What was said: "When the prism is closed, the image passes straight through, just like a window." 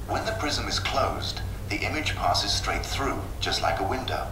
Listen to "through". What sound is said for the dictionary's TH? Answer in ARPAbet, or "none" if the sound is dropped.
TH